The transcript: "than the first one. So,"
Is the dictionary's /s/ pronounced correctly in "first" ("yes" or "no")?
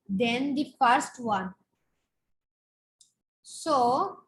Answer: yes